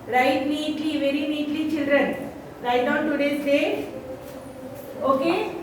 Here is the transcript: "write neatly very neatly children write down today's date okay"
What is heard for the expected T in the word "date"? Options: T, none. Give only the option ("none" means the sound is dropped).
none